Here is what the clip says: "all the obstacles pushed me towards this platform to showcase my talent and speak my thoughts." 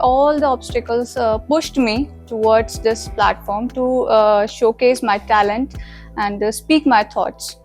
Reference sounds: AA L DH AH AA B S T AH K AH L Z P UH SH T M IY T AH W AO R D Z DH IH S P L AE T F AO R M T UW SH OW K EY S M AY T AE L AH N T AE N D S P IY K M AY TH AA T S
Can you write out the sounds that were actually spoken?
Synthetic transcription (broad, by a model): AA L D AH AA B S T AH K AH L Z P UH SH T M IY T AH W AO R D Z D IH S P L AE T F AO R M T UW SH OW K EY S M AY T AE L AH N T AE N D S P IY K M AY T AA T S